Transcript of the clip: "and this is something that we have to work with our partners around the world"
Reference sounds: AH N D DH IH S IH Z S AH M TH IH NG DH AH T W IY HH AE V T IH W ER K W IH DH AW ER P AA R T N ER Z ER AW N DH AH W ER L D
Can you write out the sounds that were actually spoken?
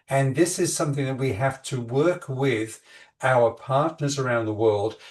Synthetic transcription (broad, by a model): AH N DH IH S IH Z S AH M TH IH NG DH AH T W IY HH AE F T IH W ER K W IH DH AW ER P AA R T N ER Z ER AW N DH AH W ER L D